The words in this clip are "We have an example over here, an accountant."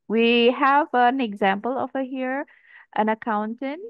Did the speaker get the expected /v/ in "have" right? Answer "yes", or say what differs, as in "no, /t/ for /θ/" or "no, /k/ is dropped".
yes